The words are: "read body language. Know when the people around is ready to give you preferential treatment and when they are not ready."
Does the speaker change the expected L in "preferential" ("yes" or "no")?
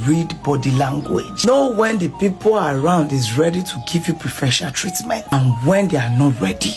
yes